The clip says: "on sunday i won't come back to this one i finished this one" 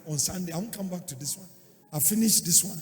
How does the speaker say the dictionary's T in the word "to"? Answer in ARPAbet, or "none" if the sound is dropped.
T